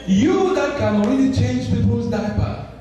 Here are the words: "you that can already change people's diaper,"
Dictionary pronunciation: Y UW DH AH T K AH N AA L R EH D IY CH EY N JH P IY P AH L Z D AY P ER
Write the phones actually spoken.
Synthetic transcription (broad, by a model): Y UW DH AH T K AH N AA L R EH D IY CH EY N JH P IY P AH Z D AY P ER